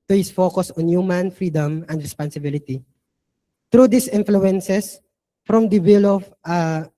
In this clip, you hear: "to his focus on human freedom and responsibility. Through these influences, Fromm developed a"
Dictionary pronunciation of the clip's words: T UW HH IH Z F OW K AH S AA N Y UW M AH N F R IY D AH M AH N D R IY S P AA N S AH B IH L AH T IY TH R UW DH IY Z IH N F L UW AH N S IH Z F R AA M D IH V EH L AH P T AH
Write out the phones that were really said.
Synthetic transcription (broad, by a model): T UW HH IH S F OW K AH S AA N Y UW M AH N F R IY D AH M AH N D R IY S P AA N S AH B IH L AH T IY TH R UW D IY S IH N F L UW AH N S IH S F R AA M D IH W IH L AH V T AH